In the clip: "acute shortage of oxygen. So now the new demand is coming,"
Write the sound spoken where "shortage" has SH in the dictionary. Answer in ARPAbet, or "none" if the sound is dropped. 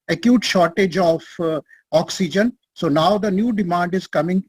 SH